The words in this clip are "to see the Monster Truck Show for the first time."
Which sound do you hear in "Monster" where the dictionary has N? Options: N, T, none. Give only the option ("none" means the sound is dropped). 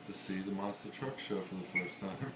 none